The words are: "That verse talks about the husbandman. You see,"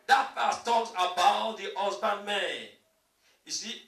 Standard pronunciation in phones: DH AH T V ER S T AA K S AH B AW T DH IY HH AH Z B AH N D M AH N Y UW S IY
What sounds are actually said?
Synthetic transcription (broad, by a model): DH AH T F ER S T AA K S AH B AW T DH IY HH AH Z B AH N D M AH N Y UW S IY